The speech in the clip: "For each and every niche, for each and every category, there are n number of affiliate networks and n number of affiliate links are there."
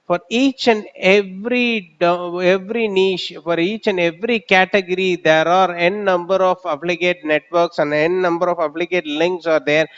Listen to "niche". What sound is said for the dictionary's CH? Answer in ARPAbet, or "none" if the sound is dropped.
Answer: SH